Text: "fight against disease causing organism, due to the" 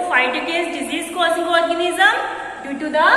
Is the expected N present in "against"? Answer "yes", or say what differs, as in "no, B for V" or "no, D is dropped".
no, N is dropped